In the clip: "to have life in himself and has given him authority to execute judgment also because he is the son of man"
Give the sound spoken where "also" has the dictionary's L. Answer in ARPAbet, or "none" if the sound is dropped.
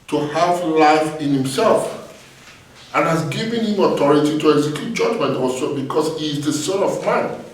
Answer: none